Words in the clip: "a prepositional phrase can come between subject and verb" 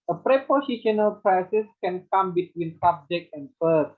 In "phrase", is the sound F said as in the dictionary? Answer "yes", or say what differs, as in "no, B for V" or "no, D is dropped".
no, P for F